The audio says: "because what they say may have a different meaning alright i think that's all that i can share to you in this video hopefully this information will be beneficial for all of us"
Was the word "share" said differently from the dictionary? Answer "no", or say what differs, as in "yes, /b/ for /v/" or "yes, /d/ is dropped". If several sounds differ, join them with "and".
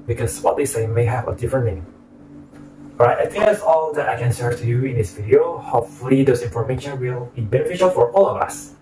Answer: yes, /s/ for /ʃ/